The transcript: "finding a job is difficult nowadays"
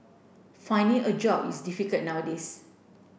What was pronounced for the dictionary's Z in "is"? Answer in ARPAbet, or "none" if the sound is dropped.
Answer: S